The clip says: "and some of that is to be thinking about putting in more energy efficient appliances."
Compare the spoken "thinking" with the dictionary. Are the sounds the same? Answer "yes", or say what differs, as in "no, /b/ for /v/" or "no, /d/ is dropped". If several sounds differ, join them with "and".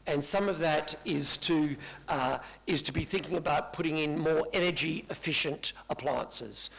yes